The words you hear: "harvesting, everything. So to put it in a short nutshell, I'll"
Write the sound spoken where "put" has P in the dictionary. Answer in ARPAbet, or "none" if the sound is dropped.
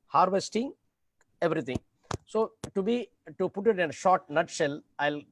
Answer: B